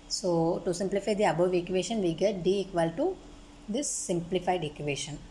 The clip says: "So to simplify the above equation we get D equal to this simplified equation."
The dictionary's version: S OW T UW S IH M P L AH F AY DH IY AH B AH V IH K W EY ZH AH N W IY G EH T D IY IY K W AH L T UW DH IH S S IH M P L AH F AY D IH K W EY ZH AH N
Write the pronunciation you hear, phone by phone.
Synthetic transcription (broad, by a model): S OW T UW S IH M P L AH F AY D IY AH B AH V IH K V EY SH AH N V IY G EH T D IY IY K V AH L T UW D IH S S IH M P L AH F AY D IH K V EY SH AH N